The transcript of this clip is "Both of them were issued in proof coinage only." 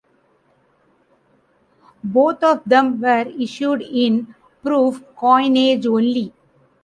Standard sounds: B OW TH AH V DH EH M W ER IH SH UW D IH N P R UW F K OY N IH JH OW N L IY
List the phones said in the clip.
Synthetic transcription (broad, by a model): B OW T AH V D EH M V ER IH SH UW D IH N P R UW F K OY N IH JH OW N L IY